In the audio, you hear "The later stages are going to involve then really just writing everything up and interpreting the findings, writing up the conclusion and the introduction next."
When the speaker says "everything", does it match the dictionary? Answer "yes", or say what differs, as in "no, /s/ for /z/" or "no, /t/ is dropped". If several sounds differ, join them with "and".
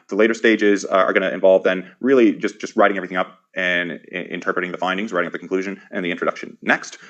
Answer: yes